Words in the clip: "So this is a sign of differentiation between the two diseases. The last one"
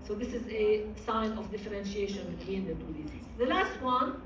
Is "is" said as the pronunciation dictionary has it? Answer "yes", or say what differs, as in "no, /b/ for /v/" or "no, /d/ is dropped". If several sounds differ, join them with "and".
yes